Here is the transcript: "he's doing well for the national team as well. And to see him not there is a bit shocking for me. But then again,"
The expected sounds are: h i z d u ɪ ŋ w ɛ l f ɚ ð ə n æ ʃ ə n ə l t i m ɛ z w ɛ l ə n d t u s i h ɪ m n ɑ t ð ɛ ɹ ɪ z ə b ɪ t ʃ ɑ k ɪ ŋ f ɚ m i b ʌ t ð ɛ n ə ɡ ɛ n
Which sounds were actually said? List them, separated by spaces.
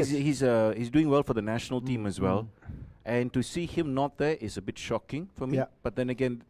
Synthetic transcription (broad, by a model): h i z d u ɪ ŋ w ɛ l f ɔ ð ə n æ ʃ ə n ə l t i m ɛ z w ɛ l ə n t u s i h ɪ m n ɑ t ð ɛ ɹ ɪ s ə b ɪ t ʃ ɑ k ɪ ŋ f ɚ m i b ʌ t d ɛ n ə ɡ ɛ n